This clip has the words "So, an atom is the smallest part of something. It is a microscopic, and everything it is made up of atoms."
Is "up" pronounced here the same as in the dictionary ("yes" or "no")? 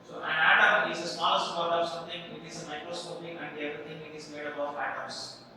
no